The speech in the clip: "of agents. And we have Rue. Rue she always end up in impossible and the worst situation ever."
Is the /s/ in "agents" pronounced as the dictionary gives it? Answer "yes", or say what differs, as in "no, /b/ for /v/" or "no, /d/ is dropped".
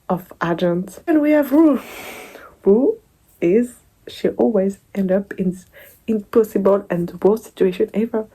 no, /s/ is dropped